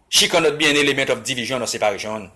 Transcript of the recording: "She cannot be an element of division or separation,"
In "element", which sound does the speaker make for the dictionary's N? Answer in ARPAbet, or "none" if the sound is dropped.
none